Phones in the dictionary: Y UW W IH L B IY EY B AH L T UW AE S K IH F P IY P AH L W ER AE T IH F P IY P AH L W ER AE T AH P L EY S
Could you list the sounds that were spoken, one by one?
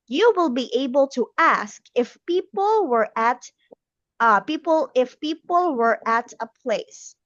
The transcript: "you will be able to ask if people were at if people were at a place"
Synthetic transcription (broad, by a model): Y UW W IH L B IY EY B AH L T UW AE S K IH F P IY P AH L W ER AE T IH F P IY P AH L W ER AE T AH P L EY S